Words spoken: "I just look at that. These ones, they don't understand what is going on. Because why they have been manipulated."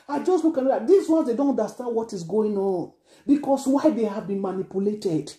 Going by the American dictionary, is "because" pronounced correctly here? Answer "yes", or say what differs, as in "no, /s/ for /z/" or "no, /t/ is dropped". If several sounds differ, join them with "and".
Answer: no, /s/ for /z/